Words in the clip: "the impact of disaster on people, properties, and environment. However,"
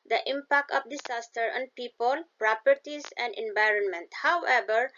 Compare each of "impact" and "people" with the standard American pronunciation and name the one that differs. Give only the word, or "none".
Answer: none